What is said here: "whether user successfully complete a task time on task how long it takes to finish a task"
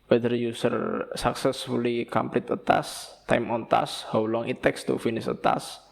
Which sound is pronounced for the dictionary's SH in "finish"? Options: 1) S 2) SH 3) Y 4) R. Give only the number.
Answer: 1